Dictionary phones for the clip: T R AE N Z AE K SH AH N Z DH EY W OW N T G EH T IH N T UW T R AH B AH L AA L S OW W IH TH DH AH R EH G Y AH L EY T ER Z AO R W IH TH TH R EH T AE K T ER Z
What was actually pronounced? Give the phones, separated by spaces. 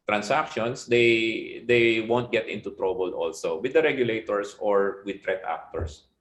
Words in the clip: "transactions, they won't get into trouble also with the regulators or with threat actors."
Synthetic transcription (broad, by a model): T R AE N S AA K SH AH N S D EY W OW N T G EH T IH N T UW T R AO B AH L AA L S OW W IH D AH R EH G Y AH L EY T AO S AO R W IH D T R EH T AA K T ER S